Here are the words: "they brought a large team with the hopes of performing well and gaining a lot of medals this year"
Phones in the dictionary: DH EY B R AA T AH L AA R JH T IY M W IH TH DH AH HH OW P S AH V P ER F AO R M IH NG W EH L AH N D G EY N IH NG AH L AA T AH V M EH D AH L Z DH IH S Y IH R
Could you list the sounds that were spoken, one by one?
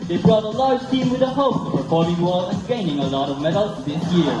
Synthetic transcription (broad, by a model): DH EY B R AA T AH L AA R JH T IY M W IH DH AH HH OW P AH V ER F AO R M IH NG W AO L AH N G EY N IH NG AH L AA T AH V M EH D L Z DH IH S Y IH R